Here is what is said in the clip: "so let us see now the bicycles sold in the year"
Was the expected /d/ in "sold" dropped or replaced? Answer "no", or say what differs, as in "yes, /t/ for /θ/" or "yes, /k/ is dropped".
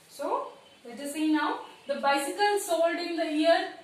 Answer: no